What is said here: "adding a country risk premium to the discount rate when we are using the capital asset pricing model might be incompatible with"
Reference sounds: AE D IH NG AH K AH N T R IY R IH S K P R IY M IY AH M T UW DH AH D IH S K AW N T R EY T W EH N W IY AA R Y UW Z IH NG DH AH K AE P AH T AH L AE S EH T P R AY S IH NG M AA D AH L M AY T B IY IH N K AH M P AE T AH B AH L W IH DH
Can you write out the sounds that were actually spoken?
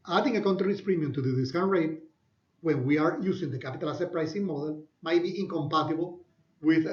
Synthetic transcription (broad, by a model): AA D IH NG AH K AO N T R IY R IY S P R IY M IY AH M T UW DH AH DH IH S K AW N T R EY T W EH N W IY AA R Y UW S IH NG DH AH K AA P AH T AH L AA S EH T P R AY S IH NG M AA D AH L M AY T B IY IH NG K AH M P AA T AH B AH L W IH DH